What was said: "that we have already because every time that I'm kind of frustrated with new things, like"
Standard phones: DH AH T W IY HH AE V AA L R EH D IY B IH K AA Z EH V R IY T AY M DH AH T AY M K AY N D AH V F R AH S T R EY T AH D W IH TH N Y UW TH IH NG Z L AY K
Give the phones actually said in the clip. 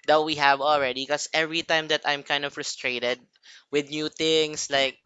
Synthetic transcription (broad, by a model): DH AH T W IY HH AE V AA L R EH D IY K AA S EH V R IY T AY M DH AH T AY M K AY N D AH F R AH S T R EY T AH D W IH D N Y UW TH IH NG S L AY K